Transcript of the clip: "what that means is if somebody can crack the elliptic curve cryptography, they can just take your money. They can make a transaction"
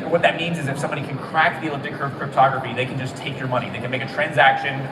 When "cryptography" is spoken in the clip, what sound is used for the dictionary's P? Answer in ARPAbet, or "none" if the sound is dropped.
P